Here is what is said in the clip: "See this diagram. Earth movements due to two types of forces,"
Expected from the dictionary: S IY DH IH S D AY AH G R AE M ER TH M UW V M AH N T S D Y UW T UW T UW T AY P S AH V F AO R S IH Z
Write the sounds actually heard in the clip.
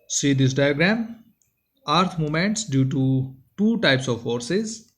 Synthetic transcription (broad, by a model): S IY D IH S D AY AH G R AE M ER T M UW M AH N T S D Y UW T UW T UW T AY P S AH V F AO R S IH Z